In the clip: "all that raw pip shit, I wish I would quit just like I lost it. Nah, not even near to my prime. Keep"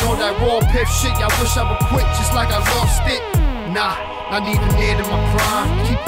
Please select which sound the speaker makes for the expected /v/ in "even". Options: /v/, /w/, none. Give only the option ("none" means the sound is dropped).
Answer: none